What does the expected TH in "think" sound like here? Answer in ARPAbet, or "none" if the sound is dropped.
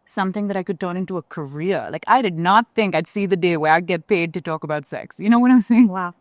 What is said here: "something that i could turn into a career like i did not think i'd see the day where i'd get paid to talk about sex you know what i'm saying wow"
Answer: TH